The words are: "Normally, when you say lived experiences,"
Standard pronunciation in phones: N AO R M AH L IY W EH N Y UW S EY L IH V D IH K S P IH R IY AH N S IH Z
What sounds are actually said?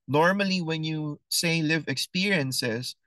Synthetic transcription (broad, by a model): N AO R M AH L IY W EH N Y UW S EY L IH V IH K S P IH R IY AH N S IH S